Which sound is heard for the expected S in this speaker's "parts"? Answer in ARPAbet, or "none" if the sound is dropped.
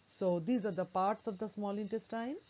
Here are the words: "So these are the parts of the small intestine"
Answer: S